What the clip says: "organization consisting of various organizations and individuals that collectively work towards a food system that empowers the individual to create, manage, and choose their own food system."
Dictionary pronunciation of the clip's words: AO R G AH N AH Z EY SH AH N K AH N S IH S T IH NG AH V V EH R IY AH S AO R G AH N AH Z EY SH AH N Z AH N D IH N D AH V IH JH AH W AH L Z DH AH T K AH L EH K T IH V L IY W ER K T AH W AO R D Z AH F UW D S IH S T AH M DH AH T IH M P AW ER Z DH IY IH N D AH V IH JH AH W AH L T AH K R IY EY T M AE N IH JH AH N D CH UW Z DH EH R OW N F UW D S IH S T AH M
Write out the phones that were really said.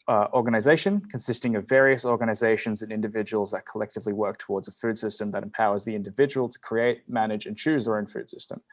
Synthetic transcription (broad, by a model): AO R G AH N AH Z EY SH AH N K AH N S IH S T IH NG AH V V EH R IY AH S AO R G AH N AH Z EY SH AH N Z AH N IH N D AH V IH JH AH W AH L Z DH AH T K AH L EH K T IH V L IY W ER K T AH W AO R D Z AH F UW D S IH S T AH M DH AH T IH M P AW ER Z DH IY IH N D AH V IH JH AH W AH L T AH K R IY EY T M AE N IH JH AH N CH UW Z DH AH R OW N F UW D S IH S T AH M